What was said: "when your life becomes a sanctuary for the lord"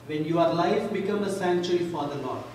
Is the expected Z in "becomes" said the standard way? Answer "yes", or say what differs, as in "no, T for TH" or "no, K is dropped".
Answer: no, Z is dropped